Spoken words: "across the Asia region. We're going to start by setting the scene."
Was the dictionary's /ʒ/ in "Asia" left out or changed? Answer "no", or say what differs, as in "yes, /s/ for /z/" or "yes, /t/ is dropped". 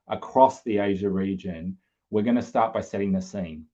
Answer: no